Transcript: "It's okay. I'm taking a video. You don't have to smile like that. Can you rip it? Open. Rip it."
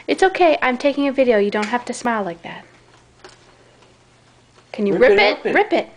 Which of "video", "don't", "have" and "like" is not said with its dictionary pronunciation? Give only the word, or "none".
have